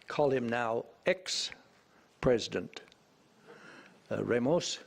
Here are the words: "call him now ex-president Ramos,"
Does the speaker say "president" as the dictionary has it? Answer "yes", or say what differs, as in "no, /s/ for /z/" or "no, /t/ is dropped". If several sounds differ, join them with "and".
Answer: yes